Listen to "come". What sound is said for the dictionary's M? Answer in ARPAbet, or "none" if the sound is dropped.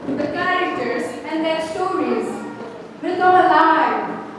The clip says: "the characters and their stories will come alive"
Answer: none